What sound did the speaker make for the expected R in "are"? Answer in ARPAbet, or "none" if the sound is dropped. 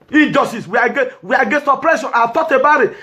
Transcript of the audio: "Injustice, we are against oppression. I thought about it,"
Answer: W